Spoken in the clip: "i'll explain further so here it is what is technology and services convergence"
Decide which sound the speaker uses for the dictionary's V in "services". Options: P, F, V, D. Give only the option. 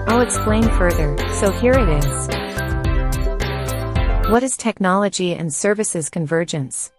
V